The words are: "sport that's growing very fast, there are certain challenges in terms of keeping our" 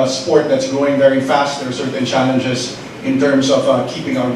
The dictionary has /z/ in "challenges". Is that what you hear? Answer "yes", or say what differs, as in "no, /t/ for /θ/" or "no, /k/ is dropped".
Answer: yes